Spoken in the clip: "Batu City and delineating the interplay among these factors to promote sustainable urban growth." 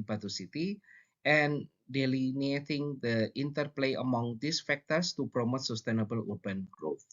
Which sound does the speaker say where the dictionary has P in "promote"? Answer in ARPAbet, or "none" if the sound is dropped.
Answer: P